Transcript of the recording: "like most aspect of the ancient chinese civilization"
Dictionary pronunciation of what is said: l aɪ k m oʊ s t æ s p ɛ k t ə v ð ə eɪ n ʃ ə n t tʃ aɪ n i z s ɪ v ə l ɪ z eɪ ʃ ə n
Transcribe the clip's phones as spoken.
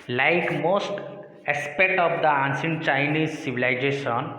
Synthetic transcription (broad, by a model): l aɪ k m oʊ s t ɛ s p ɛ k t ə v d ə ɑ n s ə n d tʃ aɪ n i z s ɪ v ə l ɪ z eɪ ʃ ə n